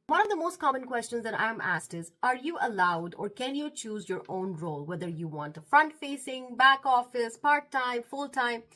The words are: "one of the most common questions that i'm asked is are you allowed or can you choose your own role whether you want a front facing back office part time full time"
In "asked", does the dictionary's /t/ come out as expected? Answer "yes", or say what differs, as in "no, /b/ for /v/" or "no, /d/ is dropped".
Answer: yes